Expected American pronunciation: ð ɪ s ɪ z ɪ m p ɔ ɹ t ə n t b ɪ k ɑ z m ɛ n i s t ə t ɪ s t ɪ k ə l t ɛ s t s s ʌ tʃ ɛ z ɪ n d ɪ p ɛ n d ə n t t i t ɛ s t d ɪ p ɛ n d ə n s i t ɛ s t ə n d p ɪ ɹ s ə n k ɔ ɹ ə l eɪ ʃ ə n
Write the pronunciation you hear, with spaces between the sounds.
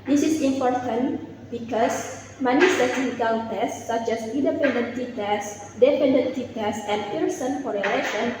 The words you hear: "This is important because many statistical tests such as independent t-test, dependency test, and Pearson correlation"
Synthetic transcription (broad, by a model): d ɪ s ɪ s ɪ m p ɔ ɹ t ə n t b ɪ k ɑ s m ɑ n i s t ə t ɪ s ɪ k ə n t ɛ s s s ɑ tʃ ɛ s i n d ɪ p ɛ n d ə n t t i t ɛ s d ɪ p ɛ n d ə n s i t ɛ s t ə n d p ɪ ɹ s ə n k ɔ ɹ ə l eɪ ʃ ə n